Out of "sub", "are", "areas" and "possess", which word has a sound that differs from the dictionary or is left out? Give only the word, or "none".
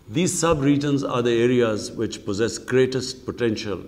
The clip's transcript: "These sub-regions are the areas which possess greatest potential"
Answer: none